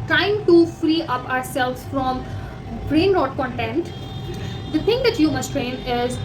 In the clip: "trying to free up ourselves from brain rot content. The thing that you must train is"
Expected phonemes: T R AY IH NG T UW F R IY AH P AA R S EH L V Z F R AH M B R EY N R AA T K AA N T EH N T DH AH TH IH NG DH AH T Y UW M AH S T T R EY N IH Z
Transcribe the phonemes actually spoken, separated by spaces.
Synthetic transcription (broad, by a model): T R AY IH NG T UW F R IY AH P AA R S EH L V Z F R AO M B R EY N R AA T K AA N T EH N T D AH T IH NG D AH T Y UW M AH S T T R EY N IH Z